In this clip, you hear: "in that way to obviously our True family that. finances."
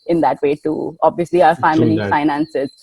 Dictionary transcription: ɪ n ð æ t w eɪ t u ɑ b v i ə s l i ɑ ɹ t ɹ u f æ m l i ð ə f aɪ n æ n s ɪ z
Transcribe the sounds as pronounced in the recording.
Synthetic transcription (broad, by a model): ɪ n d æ t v eɪ t u ɑ b v i ə s l i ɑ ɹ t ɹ f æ m i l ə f aɪ n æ n s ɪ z